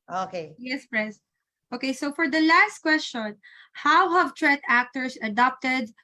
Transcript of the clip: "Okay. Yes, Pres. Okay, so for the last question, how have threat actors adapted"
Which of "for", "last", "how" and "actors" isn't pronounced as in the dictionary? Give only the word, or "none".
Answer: actors